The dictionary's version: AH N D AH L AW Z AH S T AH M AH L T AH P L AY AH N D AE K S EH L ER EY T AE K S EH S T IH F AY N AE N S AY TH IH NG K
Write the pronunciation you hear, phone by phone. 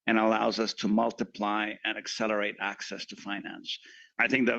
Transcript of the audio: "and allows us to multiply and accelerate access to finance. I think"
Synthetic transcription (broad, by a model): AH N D AH L AW Z AH S T AH M AH L T AH P L AY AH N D AE K S EH L ER EY T AE K S EH S T IH F AY N AE N S AY TH IH NG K